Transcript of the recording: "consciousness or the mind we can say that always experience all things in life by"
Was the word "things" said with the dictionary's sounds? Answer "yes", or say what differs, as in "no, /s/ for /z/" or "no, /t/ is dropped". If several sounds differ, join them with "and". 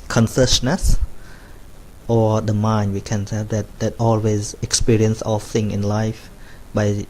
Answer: no, /z/ is dropped